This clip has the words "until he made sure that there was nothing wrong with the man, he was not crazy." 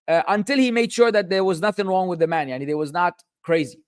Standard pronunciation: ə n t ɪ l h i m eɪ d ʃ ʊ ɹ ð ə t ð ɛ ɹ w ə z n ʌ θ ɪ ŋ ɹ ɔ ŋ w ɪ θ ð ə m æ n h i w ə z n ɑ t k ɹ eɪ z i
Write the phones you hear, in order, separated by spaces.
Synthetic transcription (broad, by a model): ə n t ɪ l h i m eɪ d ʃ ʊ ɹ ð ə t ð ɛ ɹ w ə z n ʌ θ ɪ ŋ ɹ ɔ ŋ w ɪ ð ə m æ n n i w ə z n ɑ t k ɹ eɪ z i